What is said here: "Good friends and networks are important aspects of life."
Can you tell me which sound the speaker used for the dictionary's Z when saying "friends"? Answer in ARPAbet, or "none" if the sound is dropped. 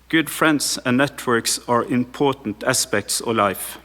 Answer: S